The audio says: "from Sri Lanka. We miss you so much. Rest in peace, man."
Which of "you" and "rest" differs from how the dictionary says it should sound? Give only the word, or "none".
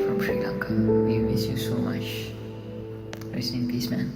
rest